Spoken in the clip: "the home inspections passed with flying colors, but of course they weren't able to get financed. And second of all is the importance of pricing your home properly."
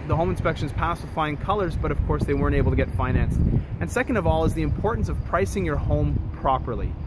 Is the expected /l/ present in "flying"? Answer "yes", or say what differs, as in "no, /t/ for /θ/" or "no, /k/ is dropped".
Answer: no, /l/ is dropped